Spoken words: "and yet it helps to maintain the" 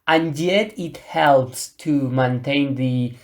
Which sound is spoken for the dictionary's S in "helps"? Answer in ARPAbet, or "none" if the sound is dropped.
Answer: S